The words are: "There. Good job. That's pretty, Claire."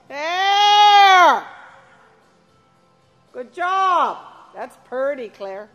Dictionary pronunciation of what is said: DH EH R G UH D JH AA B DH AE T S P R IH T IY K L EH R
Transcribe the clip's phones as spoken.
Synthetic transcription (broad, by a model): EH G UH D JH AA B DH AE T S P R T IY K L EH R